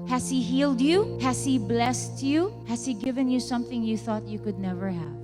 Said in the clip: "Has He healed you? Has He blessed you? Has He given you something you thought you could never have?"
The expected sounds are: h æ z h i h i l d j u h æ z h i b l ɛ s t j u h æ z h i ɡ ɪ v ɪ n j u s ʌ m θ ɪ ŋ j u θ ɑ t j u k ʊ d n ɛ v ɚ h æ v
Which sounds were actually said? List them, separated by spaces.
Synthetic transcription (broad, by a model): h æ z h i h i l d j u h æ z h i b l ɛ s t j u h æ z h i ɡ ɪ v ɪ n j u s ʌ m θ ɪ ŋ j u θ ɑ t j u k ʊ d n ɛ v ɚ h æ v